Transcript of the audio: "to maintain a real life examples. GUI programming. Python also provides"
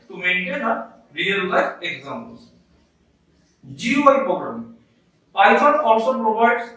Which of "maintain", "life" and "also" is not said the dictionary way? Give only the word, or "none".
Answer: life